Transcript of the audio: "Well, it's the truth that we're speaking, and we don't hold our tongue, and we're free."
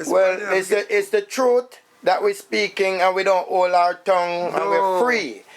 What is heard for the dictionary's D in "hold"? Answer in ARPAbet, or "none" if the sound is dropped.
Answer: none